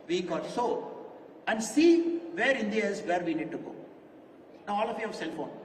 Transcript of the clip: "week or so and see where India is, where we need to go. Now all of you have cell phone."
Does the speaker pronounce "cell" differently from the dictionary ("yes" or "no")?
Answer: no